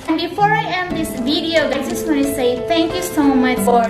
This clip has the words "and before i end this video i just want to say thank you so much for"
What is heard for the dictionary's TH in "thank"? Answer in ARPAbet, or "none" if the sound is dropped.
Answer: T